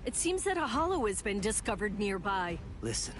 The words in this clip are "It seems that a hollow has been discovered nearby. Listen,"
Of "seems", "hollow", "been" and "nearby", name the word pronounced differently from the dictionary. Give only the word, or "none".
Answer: none